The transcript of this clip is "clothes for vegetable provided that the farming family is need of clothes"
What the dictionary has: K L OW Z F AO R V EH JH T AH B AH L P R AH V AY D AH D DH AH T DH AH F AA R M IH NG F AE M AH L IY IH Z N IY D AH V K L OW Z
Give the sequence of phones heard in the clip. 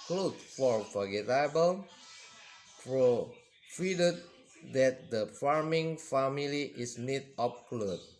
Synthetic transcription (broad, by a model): K L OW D F AO R F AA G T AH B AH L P R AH F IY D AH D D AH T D AH F AA R M IH NG F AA M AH L IY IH S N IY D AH P K L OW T